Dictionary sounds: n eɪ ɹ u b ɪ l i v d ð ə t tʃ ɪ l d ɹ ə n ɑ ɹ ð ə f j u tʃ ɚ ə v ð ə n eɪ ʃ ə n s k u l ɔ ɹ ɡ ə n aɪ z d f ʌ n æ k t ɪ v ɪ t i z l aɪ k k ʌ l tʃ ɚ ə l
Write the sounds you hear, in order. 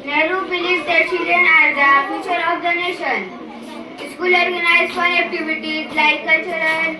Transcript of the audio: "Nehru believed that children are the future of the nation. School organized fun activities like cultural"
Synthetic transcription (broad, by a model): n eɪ ɹ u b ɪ l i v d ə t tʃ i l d ə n ɑ ɹ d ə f j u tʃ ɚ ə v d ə n eɪ ʃ ə n s k u l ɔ ɹ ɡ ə n aɪ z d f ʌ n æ k t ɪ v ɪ t i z l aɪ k k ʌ l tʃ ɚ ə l